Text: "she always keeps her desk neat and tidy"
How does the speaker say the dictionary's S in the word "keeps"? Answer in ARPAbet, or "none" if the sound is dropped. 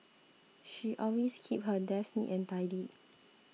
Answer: none